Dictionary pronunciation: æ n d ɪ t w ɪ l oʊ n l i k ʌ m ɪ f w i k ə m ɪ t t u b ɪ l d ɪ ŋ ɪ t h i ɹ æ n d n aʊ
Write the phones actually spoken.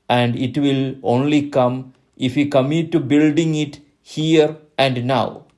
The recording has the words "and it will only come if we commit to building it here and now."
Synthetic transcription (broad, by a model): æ n d ɪ t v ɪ l oʊ n l i k ʌ m ɪ f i k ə m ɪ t t u b ɪ l d ɪ ŋ ɪ t h i ɹ æ n d n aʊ